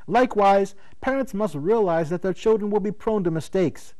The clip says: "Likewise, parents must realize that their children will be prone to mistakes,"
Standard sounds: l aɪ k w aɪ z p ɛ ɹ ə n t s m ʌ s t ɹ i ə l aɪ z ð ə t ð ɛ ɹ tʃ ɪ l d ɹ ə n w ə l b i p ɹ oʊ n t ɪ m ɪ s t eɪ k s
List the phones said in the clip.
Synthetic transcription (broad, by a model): l aɪ k w aɪ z p ɛ ɹ ə n t s m ʌ s t ɹ i ə l aɪ z ð ə t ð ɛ ɹ tʃ ɪ l d ɹ ə n w ə l b i p ɹ oʊ n t ɪ m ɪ s t eɪ k s